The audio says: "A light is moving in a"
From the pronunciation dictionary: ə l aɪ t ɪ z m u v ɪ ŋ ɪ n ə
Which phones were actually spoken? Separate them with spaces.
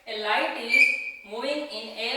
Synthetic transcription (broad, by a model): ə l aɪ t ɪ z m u ɪ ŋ ɪ n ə